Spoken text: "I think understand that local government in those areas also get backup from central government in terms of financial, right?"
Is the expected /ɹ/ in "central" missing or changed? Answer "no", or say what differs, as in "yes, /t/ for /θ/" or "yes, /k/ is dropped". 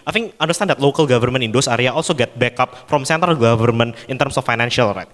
yes, /ɹ/ is dropped